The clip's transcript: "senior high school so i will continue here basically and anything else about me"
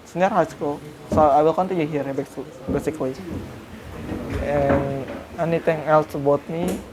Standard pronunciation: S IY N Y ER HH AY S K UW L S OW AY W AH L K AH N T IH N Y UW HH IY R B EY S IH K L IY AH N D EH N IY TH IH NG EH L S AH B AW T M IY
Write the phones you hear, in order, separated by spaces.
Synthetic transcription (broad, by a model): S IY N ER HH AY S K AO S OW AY W AH L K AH N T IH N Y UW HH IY R B EY S IH K L IY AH N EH N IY T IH NG EH L S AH B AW T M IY